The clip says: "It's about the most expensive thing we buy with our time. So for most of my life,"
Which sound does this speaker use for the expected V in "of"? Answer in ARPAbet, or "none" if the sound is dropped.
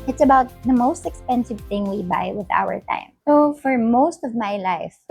V